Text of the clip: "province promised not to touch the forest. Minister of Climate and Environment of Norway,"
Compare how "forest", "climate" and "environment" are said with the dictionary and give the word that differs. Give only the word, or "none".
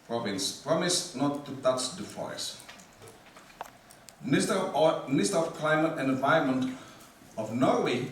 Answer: environment